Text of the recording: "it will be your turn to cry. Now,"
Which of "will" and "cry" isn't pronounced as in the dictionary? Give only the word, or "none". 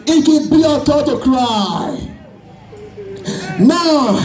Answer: will